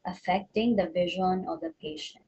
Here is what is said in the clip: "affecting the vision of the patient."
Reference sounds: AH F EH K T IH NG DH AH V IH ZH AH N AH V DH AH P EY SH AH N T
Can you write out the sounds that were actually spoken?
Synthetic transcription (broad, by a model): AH F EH K T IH NG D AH V IH ZH AH N AH V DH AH P EY SH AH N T